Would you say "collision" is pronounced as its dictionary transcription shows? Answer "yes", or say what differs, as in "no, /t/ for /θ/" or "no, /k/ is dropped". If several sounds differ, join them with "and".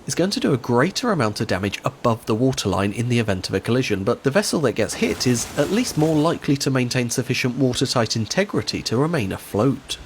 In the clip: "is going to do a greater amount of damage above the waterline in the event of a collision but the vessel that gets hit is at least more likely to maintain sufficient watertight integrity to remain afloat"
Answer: yes